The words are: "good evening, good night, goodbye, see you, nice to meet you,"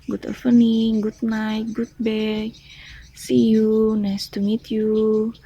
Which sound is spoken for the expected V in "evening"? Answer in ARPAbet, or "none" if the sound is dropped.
P